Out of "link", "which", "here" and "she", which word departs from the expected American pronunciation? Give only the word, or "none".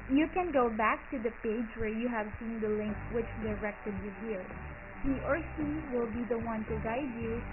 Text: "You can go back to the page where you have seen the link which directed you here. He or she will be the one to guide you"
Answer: she